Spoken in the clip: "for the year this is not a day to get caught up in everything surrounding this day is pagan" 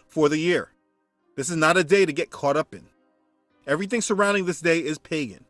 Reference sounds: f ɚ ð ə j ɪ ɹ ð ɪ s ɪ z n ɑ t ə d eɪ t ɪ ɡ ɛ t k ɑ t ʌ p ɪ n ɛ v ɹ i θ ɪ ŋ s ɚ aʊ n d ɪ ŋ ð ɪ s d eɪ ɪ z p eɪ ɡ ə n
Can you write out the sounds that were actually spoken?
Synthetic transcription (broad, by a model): f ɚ ð ə j ɪ ɹ ð ɪ s ɪ z n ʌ t ə d eɪ t ɪ ɡ ɛ t k ɑ t ʌ p ɪ n ɛ v ɹ i θ ɪ ŋ s ɚ aʊ n d ɪ ŋ ð ɪ s d eɪ ɪ z p eɪ ɡ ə n